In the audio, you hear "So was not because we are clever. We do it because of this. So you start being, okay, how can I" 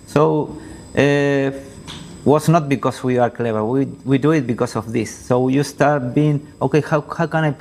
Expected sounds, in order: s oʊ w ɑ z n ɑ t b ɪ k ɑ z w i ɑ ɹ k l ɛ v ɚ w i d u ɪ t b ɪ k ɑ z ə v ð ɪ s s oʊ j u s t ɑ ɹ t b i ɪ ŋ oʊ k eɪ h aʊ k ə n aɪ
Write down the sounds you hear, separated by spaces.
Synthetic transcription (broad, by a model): s oʊ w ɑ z n ɑ t b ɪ k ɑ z w i ɑ ɹ k l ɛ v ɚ w i d u ɪ t b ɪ k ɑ s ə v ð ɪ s s oʊ j u s t ɑ ɹ t b i ɪ ŋ oʊ k eɪ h aʊ k ə n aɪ